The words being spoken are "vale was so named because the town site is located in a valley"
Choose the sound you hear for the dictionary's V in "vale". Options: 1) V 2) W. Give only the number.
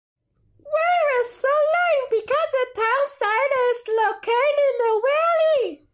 2